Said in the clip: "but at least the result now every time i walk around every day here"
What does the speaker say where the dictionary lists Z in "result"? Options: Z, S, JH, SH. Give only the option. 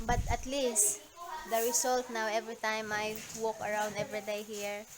S